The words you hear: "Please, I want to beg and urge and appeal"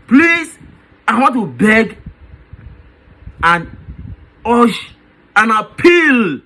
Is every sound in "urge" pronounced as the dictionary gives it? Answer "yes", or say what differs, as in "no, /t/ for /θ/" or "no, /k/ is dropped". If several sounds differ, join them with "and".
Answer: no, /ʃ/ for /dʒ/